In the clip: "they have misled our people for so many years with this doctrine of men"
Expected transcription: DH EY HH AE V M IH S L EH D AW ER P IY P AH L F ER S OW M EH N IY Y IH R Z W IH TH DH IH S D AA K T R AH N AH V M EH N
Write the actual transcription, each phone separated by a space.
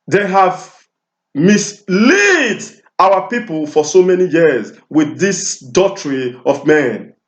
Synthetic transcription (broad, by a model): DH EY HH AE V M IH S L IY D AW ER P IY P AH L F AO S OW M EH N IY Y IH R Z W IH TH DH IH S D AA T R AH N AH V M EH N